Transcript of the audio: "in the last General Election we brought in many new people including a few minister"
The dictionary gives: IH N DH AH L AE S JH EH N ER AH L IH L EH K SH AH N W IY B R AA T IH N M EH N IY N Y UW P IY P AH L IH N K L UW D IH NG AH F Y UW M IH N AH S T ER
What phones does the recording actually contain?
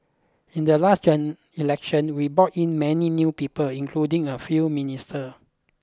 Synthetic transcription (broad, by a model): IH N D AH L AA S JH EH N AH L L EH K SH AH N W IY B AA T IH N M EH N IY N Y UW P IY P AH L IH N K L UW D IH NG AH F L M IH N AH S T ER